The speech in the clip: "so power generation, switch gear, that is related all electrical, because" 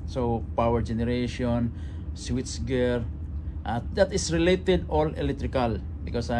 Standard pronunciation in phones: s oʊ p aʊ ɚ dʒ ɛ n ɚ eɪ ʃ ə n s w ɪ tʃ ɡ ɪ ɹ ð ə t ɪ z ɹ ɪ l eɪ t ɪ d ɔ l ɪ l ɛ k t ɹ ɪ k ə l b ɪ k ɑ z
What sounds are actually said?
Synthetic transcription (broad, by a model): s oʊ p aʊ ɚ dʒ ɛ n ɚ eɪ ʃ ə n s w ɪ s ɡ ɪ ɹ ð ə t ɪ s ɹ ɪ l eɪ t ɪ d ɔ l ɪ l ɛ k t ɹ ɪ k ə l b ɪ k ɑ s